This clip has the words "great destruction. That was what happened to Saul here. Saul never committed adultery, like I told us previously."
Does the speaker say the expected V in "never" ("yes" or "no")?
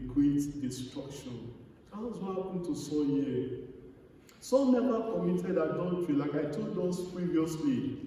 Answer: no